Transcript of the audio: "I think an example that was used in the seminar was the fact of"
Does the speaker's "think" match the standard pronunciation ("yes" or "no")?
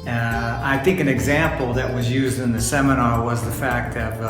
yes